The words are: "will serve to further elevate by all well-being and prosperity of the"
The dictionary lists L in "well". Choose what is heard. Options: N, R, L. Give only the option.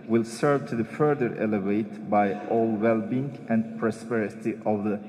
L